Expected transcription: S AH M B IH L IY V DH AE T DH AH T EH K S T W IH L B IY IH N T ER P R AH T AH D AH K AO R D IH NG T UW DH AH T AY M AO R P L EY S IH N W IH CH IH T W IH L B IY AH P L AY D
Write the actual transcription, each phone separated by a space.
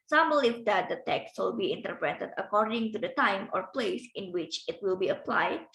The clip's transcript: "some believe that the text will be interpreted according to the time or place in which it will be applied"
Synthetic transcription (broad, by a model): S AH M B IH L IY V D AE T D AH T EH K S T W IH L B IY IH N T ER P R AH T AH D AH K AO R D IH NG T UW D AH T AY M AO R P L EY S IH N W IH CH IH T W IH L B IY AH P L AY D